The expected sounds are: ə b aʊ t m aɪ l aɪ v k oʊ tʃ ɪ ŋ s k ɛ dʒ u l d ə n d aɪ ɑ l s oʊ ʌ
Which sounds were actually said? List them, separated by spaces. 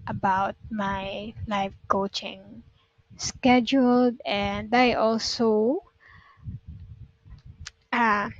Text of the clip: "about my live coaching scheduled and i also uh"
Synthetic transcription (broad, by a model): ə b aʊ t m aɪ l aɪ f k oʊ tʃ ɪ ŋ s k ɛ dʒ u l d ə n d aɪ ɑ l s oʊ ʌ